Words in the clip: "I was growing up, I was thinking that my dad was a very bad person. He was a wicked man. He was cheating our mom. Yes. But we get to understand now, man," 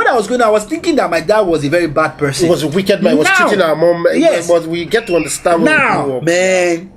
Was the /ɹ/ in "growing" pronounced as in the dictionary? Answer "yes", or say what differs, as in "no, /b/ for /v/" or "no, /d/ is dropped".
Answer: no, /ɹ/ is dropped